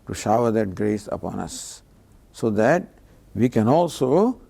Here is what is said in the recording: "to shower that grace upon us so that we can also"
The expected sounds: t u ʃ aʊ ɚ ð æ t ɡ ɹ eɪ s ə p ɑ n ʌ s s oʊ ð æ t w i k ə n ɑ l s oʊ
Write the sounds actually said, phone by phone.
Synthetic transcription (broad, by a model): t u ʃ aʊ ɚ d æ t ɡ ɹ eɪ s ə p ɑ n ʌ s s oʊ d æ t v i k ə n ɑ l s oʊ